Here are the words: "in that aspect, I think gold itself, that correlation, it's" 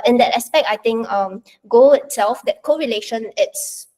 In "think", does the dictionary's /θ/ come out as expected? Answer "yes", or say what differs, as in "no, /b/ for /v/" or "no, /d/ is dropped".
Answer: no, /t/ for /θ/